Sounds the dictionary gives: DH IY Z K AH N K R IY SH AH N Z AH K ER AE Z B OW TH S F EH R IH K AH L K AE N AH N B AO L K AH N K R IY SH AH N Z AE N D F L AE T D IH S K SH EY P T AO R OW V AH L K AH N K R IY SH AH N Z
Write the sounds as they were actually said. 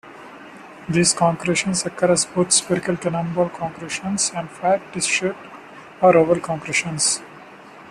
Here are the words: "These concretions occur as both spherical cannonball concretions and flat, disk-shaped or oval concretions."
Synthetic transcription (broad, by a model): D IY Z K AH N K R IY SH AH N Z AH K ER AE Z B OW T S P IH R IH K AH L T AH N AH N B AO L K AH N K R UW SH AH N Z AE N D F AE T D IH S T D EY T AO R OW V AH L K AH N K R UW SH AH N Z